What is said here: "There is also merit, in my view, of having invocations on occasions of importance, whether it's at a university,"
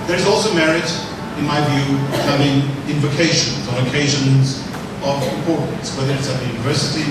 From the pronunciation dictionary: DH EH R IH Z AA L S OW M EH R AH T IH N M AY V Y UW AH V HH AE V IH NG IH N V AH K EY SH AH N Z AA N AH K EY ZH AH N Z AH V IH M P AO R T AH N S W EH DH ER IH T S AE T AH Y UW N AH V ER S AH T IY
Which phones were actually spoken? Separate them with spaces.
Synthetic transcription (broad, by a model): DH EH R IH Z AA L S OW M EH R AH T IH N M AY V Y UW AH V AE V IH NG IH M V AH K EY SH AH N Z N AH K EY ZH AH N Z AH V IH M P AO R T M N S W EH DH ER IH T S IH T AH Y UW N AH V ER S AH T IY